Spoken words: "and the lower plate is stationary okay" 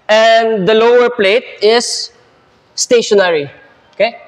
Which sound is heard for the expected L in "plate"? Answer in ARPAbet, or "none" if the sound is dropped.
L